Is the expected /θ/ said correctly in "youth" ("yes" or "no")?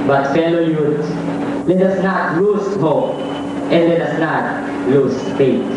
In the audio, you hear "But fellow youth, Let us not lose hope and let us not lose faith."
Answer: no